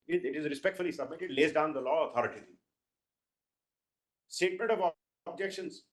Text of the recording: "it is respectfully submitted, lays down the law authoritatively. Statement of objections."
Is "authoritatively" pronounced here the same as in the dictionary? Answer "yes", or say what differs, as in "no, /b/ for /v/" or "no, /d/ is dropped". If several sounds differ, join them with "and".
no, /t/ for /θ/